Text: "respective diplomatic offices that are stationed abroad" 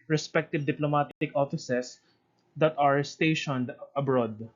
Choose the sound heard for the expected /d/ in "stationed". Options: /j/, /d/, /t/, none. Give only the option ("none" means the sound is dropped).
/d/